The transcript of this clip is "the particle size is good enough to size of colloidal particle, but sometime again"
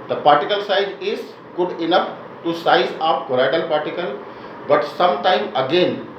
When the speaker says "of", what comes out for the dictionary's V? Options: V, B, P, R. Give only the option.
P